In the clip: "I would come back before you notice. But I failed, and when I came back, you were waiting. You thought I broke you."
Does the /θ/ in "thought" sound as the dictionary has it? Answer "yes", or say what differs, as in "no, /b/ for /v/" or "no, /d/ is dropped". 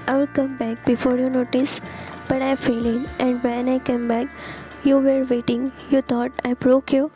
no, /t/ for /θ/